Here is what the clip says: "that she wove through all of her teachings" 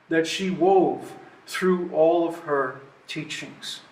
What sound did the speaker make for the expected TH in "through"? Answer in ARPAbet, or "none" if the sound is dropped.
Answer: TH